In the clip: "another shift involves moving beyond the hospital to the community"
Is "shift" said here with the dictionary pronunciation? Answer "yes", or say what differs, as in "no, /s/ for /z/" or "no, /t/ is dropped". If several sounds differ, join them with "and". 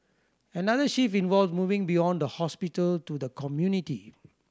no, /t/ is dropped